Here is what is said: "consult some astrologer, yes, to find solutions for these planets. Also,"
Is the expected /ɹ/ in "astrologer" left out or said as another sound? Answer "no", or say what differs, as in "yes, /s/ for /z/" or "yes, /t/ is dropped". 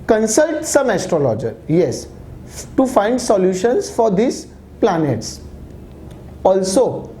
no